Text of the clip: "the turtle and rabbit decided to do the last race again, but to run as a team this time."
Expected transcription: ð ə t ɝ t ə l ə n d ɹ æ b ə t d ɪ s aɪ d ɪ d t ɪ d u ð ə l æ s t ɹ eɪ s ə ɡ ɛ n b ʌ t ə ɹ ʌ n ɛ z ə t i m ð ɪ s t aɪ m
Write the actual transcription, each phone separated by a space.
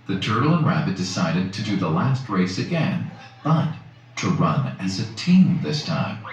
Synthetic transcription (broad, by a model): ð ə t ɝ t l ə n ɹ æ b ə t d ɪ s aɪ d ɪ d t ɪ d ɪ ð ə l æ s t ɹ eɪ s ə ɡ ɛ n b ʌ t ə ɹ ʌ n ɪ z ə t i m ð ɪ s t aɪ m